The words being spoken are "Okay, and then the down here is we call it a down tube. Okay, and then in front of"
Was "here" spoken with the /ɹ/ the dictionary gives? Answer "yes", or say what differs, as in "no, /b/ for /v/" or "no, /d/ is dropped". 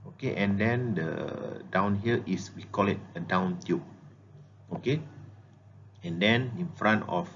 no, /l/ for /ɹ/